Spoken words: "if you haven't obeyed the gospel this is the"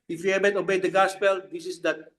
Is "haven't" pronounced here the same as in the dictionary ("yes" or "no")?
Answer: no